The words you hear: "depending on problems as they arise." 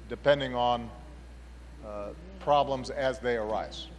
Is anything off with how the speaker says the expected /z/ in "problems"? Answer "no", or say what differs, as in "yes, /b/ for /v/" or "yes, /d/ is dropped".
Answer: no